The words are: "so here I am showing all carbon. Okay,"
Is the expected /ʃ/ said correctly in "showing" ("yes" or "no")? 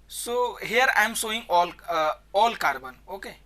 no